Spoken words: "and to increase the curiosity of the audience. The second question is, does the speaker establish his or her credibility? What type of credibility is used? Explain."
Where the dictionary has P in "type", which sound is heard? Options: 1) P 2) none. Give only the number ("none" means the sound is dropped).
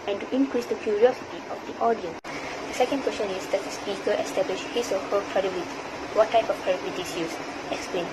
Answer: 1